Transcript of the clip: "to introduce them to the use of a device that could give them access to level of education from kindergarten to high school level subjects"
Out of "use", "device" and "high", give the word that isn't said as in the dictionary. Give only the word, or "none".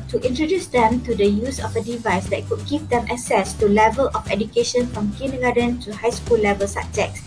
none